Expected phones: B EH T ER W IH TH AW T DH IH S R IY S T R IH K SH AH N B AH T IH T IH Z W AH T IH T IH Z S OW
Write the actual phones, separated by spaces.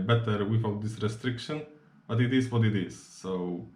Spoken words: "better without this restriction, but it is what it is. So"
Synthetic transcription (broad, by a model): B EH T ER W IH F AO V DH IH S R IY S T R IH K SH AH N B AH T IH T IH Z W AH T IH T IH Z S OW